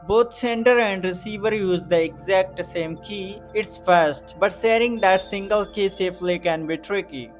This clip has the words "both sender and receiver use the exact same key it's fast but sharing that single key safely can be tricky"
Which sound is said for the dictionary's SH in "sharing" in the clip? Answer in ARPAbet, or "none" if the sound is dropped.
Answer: S